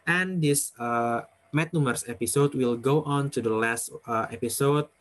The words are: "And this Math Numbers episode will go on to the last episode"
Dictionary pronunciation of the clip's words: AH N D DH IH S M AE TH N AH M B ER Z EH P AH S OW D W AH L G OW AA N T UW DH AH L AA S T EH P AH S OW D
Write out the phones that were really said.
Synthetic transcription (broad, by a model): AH N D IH S M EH T N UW M ER S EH P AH S OW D W AH L G OW AA N T UW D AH L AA S T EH P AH S OW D